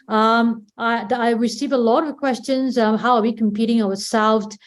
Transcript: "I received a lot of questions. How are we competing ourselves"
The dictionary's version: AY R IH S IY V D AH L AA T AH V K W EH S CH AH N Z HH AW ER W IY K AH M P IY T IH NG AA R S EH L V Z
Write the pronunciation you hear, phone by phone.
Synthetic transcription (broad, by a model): AY R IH S IY V AH L AA T AH V K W EH S CH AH N Z HH AW ER W IY K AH M P IY T IH NG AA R S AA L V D